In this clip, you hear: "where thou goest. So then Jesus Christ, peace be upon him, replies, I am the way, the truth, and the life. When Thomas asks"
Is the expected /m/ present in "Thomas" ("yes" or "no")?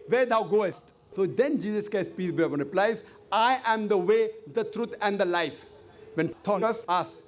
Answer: no